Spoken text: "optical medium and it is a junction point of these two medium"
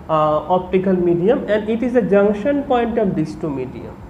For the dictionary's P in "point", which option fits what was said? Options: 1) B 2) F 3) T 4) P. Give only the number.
4